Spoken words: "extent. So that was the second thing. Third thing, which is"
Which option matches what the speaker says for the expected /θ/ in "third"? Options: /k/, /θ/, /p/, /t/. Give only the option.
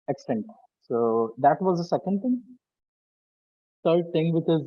/t/